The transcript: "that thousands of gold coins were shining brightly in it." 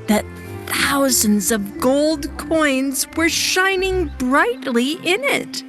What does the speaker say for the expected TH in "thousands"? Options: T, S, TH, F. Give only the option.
TH